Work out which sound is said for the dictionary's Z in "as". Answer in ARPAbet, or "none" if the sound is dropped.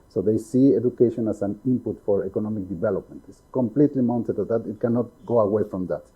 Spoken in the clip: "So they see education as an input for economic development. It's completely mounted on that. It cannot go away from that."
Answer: S